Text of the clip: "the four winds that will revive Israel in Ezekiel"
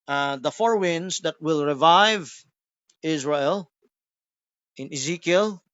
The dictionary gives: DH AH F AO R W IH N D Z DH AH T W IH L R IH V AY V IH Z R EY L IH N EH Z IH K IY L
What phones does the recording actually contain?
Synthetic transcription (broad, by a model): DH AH F AO R W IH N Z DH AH T W IH L R IH V AY V IH Z R EY L IH N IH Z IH K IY L